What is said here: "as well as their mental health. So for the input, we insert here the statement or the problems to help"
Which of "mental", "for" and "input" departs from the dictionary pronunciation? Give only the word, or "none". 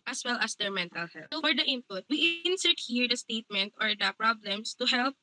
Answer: none